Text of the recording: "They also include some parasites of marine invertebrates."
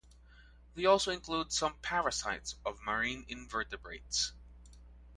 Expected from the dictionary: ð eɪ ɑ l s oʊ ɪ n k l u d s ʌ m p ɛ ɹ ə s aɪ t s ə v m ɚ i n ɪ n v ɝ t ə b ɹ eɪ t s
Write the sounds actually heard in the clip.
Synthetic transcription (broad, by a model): ð eɪ ɑ l s oʊ ɪ n k l u d s ʌ m p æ ɹ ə s aɪ t s ə v m ɚ i n ɪ n v ɝ t ə b ɹ eɪ t s